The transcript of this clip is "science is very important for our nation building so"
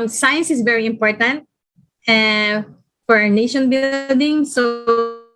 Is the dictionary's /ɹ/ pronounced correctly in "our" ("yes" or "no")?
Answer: yes